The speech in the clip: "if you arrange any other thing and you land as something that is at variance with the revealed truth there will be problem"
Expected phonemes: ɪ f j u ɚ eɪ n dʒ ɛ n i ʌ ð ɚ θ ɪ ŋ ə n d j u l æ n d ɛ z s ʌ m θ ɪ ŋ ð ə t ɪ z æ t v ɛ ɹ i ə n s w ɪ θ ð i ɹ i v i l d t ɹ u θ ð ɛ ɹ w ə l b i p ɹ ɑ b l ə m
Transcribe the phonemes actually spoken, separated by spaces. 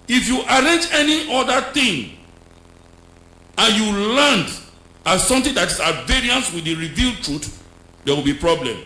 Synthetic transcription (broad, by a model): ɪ f j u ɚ eɪ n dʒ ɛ n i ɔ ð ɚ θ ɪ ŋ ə n j u l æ n d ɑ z s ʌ m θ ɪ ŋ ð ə t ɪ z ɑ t v ɛ ɹ i ə n s w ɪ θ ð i ɹ i v i l d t ɹ u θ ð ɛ w ə l b i p ɹ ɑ b l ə m